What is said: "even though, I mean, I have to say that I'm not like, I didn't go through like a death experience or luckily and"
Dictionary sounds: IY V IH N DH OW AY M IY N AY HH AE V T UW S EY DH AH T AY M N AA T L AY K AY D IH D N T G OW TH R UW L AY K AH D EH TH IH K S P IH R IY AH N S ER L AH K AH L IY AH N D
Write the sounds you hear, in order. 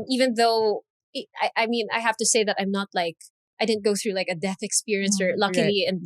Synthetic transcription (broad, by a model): IY V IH N DH OW AY M IY N AY HH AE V T UW S EY DH AH T AY M N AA T L AY K AY D IH D N T G OW TH R UW L AY K AH D EH TH IH K S P IH R IY AH N S ER L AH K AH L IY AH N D